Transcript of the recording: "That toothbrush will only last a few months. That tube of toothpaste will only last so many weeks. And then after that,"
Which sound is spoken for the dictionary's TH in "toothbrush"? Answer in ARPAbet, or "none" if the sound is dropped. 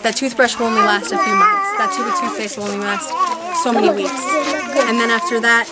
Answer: TH